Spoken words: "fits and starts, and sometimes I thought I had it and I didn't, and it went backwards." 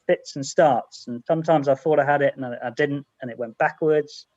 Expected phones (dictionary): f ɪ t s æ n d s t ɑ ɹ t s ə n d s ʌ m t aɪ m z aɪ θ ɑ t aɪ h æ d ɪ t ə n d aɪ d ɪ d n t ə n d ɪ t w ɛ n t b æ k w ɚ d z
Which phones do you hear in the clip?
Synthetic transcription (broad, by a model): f ɪ t s n s t ɑ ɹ t s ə n s ʌ m t aɪ m z aɪ θ ɑ t aɪ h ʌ d ɪ t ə n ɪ aɪ d ɪ d n t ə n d ɪ t w ɛ n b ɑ k w ɚ d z